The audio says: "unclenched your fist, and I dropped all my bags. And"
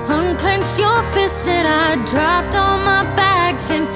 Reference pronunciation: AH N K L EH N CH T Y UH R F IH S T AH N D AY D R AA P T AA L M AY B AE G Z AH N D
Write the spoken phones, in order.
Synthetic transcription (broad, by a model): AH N K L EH N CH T Y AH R F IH S AH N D AY D R AA P T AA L M AY B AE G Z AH N